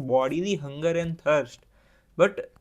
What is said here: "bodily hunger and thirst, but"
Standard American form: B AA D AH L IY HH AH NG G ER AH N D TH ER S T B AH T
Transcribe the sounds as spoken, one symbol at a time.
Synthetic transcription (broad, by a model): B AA D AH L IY HH AH NG G ER AH N D T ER S T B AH T